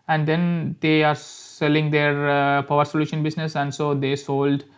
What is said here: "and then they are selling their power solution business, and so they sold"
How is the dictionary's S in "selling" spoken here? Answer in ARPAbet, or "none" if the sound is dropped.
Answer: S